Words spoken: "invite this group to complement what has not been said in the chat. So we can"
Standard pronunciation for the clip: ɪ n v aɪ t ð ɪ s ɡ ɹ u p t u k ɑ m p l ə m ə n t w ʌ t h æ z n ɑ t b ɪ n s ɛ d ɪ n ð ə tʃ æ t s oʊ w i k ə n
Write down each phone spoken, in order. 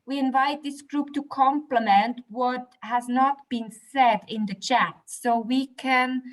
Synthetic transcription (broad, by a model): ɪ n v aɪ t ð ɪ s ɡ ɹ u p t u k ɑ m p l ə m ə n t w ʌ t h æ z n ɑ t b ɪ n s ɛ d ɪ n ð ə tʃ æ t s oʊ w i k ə n